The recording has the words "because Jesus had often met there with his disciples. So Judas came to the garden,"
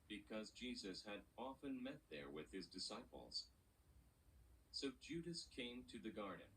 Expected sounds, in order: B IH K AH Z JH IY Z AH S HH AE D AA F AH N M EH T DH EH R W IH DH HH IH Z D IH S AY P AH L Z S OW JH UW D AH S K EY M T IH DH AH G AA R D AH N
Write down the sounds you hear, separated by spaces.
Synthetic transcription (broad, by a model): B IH K AH Z JH IY Z AH S HH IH D AA F AH N M EH T DH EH R W IH DH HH IH Z D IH S AY P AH L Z S OW JH UW D AH S K EY M T IH DH AH G AA R D N